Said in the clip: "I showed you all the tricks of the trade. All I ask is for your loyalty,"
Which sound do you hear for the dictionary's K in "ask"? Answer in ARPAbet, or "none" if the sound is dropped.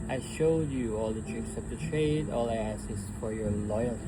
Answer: none